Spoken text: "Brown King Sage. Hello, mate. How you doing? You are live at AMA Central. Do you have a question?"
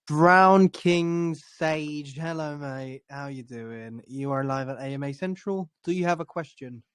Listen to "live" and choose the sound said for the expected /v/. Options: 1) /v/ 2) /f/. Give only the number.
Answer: 1